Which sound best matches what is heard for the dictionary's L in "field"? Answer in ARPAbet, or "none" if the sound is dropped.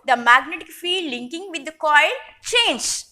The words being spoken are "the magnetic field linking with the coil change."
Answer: none